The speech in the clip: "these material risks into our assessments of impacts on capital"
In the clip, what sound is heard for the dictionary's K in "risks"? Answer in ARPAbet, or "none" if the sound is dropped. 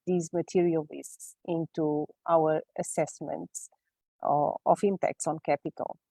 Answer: none